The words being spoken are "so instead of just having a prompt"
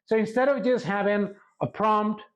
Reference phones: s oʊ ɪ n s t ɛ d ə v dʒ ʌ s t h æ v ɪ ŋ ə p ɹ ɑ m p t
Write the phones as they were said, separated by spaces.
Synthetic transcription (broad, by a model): s oʊ ɪ n s t ɛ d ə v dʒ ʌ s t h æ v ɪ ŋ ə p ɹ ɑ m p t